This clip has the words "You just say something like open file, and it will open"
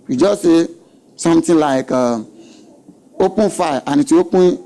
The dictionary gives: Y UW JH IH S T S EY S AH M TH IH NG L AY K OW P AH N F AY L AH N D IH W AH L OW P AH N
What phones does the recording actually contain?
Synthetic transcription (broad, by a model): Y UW JH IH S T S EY S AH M T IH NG L AY K OW P AH N F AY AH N IH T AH W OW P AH